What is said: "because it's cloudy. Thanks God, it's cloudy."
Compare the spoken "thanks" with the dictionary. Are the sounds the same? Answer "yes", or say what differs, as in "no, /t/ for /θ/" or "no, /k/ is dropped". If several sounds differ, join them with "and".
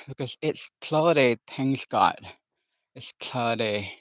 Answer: no, /t/ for /θ/ and /k/ is dropped